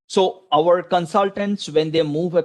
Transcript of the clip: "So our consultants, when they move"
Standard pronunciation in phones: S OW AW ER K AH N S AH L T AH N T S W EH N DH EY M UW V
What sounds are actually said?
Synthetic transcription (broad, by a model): S OW AW ER K AH N S AH L T AH N T S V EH N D EY M UW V